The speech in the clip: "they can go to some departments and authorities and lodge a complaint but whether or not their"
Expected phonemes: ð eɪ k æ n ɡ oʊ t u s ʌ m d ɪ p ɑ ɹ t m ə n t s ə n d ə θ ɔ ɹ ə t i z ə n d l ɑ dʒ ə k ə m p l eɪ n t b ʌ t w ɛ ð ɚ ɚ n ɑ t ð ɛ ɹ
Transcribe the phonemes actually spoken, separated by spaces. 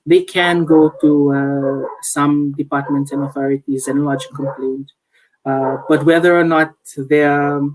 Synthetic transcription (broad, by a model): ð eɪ k æ n ɡ oʊ t u s ʌ m d ɪ p ɑ ɹ t m ə n t s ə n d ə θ ɔ ɹ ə t i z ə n l ɑ dʒ ə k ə m p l eɪ n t b ʌ t w ɛ ð ɚ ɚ n ɑ t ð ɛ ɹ